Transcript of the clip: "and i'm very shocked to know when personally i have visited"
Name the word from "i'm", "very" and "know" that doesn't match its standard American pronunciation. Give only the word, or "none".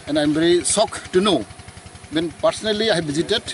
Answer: very